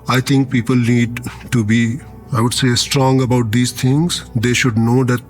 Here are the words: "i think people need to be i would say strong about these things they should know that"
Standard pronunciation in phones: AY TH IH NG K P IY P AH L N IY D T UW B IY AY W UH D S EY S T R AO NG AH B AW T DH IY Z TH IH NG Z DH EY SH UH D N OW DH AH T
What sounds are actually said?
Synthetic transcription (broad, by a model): AY T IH NG K P IY P AH L N IY D T UW B IY AY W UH D S EY S T R AO NG AH B AW T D IY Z T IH NG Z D EY SH UH D N OW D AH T